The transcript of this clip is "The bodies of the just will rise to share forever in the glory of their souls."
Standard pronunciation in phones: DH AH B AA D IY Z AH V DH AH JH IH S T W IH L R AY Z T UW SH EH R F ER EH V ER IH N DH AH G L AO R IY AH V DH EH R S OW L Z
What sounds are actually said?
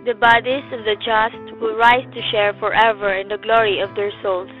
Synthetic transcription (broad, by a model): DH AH B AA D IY AH V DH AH JH IH S T W IH L R AY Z T UW SH EH R F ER EH V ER IH N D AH G L AO R IY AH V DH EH R S OW L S